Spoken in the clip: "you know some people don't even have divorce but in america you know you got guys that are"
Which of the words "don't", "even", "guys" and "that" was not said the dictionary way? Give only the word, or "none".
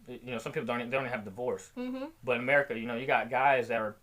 even